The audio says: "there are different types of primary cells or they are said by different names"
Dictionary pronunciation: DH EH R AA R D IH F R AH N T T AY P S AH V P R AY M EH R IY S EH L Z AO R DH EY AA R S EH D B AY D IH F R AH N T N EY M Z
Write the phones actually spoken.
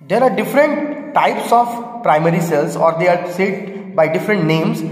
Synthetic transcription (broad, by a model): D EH R AA R D IH F R AH N T T AY P S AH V P R AY M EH R IY S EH L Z AO R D EY AA R S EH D B AY D IH F R AH N T N EY M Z